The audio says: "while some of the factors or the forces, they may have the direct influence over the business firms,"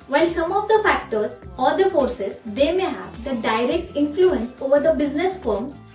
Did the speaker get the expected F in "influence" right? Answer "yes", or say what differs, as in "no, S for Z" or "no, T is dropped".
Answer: yes